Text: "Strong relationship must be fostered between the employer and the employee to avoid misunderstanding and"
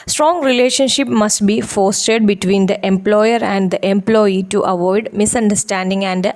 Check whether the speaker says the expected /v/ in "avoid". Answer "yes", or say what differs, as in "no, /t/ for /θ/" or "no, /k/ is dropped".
yes